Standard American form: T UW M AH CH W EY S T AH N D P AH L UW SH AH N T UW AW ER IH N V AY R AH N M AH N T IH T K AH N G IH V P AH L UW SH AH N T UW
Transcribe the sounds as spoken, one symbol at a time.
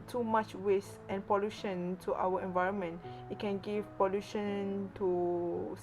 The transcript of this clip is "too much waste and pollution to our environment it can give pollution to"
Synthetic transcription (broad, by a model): T UW M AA CH W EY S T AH N P AH L UW SH AH N T UW AW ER IH N V AY R AH N M AH N T IH T K AH N G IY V P AH L UW SH AH N T UW